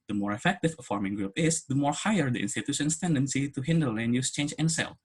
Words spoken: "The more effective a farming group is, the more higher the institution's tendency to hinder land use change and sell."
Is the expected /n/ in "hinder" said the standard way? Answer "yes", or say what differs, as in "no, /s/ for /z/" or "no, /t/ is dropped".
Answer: yes